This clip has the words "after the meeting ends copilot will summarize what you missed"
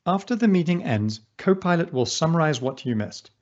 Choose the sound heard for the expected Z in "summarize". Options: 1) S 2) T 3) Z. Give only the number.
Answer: 3